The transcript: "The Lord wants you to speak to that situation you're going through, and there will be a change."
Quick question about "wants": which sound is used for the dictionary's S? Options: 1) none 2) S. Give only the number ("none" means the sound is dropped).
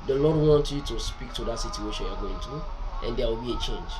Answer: 1